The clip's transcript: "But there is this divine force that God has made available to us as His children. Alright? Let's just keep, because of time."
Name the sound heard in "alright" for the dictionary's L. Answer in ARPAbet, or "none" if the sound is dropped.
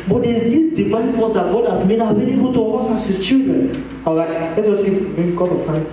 none